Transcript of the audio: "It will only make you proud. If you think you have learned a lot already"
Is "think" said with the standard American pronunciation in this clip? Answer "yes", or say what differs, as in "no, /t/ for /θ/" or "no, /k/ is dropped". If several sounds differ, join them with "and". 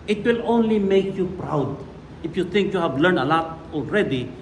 no, /t/ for /θ/